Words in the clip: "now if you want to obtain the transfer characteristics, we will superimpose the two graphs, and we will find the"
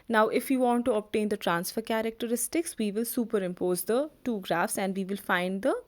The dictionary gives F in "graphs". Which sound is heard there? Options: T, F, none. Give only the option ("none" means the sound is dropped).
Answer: F